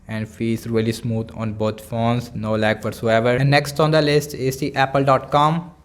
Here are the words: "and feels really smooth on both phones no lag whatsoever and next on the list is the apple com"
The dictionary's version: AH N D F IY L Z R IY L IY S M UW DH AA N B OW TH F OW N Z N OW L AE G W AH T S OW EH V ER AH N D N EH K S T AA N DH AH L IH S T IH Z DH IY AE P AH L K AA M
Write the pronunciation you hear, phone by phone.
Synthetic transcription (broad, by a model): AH N D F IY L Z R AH L IY S M UW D AA N B OW T F OW N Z N OW L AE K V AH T S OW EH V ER AH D N EH K S T AA N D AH L IH S T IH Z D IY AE P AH L K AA M